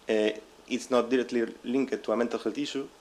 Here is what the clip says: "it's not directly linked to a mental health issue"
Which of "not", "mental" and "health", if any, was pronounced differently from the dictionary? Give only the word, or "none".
health